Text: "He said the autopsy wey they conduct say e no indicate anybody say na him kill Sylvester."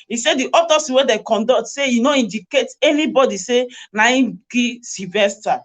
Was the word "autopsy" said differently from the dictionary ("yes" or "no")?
yes